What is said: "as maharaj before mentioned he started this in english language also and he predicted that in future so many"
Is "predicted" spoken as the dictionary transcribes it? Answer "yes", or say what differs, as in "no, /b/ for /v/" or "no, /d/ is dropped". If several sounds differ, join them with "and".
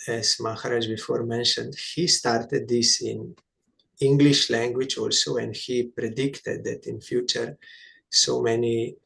yes